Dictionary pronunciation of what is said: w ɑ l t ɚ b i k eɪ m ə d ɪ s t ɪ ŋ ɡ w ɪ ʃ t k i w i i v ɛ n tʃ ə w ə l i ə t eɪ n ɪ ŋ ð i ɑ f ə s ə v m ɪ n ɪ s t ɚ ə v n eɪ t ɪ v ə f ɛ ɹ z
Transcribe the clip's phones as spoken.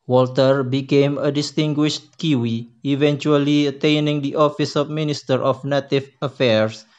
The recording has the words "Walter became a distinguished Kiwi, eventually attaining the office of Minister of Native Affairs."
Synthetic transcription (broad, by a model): w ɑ l t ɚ b i k eɪ m ə d ɪ s t ɪ ŋ ɡ w ɪ ʃ t k i w i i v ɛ n tʃ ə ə l i ə t eɪ n ɪ ŋ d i ɑ f ə s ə f m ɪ n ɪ s t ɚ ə f n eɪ t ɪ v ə f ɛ ɹ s